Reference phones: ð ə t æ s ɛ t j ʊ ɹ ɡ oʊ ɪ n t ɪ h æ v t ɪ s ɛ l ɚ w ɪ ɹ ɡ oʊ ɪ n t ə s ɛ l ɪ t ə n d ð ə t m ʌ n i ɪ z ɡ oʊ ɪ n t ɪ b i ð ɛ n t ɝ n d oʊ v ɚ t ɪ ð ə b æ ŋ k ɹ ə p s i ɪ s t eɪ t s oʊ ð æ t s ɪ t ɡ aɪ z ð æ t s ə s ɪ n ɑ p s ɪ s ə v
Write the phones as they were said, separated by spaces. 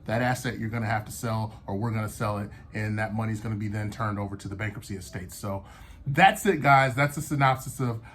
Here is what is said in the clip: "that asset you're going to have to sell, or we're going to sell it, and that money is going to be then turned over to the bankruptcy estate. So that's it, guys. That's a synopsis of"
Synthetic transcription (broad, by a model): ð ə t æ s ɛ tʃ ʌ ɹ ɡ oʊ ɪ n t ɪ h æ f t ɪ s ɛ l ɚ w ɪ ɹ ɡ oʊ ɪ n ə s ɛ l ɪ t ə n ð ə t m ʌ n i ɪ z ɡ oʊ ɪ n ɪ b i ð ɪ n t ɝ n d oʊ v ɚ t ɪ ð ə b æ ŋ k ə p s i ɪ s t eɪ t s oʊ ð æ t s ɪ t ɡ aɪ z ð æ t s ə s ɪ n ɑ p s ɪ s ə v